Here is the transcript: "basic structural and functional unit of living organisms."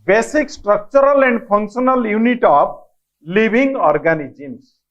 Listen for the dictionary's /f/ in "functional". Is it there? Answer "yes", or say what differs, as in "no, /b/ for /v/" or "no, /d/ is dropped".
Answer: no, /p/ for /f/